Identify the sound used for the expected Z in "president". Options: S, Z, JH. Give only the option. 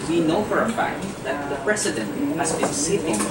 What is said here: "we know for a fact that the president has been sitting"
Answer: S